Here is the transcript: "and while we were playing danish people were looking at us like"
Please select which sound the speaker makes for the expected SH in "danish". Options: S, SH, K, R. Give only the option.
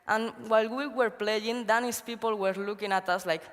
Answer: S